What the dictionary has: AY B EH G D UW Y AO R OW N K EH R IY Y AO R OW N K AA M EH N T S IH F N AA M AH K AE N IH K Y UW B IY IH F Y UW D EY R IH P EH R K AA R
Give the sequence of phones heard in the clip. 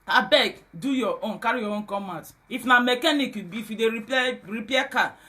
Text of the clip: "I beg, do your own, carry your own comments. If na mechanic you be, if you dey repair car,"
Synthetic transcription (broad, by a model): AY B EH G D UW Y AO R OW N K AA R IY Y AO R OW N K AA M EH T IH F N AA M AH K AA N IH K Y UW B IY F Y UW D EY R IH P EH K AA